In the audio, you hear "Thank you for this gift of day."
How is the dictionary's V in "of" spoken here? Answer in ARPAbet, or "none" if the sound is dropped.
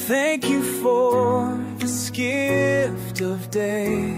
V